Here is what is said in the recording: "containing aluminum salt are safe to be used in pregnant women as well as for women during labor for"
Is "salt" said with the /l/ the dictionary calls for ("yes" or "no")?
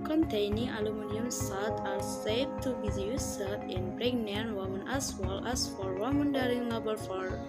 no